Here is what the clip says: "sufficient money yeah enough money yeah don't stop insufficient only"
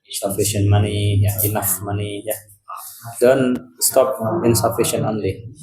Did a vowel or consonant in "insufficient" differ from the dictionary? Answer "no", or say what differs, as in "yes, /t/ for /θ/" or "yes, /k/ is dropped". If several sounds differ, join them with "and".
yes, /t/ is dropped